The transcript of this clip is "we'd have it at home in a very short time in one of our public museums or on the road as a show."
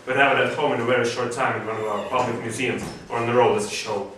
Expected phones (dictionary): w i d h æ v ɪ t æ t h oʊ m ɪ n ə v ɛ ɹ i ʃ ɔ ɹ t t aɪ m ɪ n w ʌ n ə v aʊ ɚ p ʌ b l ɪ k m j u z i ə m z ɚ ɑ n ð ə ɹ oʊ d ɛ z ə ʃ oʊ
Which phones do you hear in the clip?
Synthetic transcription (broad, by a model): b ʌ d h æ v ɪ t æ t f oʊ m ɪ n ə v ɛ ɹ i ʃ ɔ ɹ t t aɪ m ɪ n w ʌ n ə v aʊ ɚ p ʌ b l ɪ k m j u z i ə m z ɚ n ð ə ɹ oʊ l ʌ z ə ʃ oʊ